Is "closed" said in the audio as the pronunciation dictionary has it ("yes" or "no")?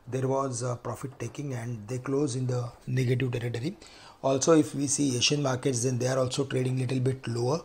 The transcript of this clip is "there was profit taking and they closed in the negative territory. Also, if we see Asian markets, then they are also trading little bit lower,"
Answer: no